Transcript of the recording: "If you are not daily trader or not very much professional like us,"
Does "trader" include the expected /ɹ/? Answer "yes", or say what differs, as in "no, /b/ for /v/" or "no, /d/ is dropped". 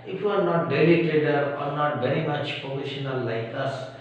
no, /ɹ/ is dropped